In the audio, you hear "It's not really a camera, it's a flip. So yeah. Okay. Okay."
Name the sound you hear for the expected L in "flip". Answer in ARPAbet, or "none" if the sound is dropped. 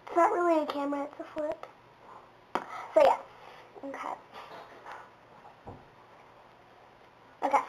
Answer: none